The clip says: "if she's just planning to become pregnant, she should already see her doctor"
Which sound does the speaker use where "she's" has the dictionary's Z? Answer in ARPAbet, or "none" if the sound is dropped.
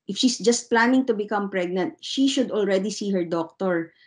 S